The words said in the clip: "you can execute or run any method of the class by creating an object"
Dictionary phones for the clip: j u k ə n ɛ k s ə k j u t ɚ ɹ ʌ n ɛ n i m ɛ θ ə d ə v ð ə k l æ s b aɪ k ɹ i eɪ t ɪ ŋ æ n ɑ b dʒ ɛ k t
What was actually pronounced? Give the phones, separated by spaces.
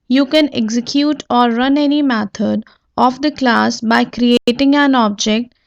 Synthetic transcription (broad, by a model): j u k ə n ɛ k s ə k j u t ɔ ɹ ʌ n ɛ n i m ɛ t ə d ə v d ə k l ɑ s b aɪ k ɹ i eɪ t ɪ ŋ æ n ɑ b dʒ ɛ k t